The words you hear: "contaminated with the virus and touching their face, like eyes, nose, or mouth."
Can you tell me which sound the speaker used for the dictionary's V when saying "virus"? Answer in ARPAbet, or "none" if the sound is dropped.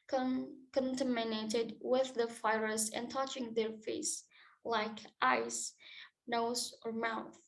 F